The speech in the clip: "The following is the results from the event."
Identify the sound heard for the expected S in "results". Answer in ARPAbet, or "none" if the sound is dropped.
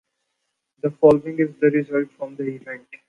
none